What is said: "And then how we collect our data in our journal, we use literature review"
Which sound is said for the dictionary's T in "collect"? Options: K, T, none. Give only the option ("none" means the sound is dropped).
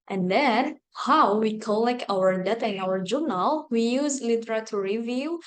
none